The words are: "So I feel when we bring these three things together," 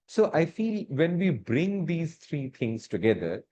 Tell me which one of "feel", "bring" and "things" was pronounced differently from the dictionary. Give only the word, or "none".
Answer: things